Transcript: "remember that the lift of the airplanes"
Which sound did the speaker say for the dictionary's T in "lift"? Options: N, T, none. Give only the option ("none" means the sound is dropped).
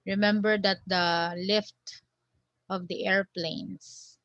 T